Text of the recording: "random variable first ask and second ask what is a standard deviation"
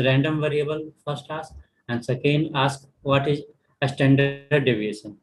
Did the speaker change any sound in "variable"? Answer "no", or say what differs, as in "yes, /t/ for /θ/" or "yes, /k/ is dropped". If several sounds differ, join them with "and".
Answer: no